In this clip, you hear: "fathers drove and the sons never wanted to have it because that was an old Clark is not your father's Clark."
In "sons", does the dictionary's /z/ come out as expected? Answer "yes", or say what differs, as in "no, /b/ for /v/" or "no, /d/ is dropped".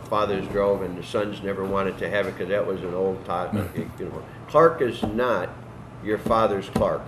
yes